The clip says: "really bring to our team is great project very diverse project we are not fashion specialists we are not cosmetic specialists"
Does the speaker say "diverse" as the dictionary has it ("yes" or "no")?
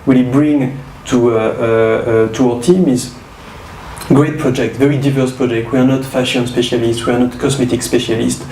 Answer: yes